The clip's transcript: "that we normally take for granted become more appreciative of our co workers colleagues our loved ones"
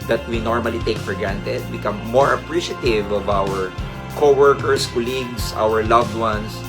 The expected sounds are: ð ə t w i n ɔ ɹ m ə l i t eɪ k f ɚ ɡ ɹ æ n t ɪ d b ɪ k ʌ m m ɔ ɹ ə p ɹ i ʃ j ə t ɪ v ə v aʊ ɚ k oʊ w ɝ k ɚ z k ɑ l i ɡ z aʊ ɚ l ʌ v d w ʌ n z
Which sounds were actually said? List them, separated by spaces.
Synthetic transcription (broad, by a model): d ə t w i n ɔ ɹ m ə l i t eɪ k f ɚ ɡ ɹ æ n t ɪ d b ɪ k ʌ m m ɔ ɹ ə p ɹ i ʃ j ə t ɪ v ə v aʊ ɚ k oʊ w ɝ k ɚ s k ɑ l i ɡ s aʊ ɚ l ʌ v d w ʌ n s